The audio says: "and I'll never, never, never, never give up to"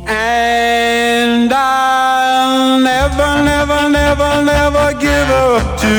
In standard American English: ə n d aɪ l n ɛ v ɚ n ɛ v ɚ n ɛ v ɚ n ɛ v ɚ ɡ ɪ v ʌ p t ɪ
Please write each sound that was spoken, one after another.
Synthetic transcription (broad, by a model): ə n d aɪ l n ɛ v ɚ n ɛ v ɚ n ɛ v ɚ n ɛ v ɚ ɡ ɪ v ʌ p t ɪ